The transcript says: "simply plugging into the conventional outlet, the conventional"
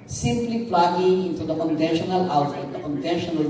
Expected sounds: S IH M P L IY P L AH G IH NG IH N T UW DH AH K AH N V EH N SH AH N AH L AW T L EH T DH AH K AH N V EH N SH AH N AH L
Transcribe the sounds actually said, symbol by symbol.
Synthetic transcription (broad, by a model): S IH M P L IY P L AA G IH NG IH N T UW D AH K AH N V EH N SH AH N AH L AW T EH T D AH K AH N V EH N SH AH N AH L